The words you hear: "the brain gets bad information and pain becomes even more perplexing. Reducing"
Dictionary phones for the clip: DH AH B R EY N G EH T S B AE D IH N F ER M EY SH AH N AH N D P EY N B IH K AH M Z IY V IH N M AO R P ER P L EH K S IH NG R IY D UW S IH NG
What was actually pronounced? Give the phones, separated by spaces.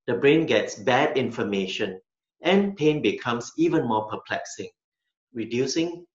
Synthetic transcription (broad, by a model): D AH B R EY N G EH T S B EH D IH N F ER M EY SH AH N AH N P EY N B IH K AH M S IY V IH N M AO P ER P L EH K S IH NG R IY D UW S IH NG